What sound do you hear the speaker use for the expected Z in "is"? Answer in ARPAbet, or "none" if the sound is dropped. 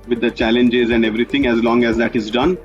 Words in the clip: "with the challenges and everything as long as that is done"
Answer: Z